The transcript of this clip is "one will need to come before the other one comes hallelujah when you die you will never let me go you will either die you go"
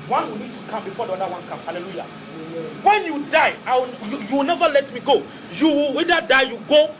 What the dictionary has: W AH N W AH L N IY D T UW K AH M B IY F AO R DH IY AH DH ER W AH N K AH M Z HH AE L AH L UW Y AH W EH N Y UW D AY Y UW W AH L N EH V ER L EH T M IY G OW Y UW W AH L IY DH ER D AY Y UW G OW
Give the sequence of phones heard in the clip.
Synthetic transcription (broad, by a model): W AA N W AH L N IY D T UW K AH M B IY F AO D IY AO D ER W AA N K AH M HH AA L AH L UW Y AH W EH N Y UW D AY Y UW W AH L N EH V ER L EH T M IY G OW Y UW W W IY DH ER D AY Y UW G OW